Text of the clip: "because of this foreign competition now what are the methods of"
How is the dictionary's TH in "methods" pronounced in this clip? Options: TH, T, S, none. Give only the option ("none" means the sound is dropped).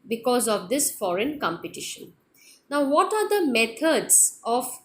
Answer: T